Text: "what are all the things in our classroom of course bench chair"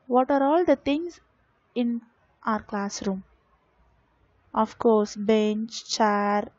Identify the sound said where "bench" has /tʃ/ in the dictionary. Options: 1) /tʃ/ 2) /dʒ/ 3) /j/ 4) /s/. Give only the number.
1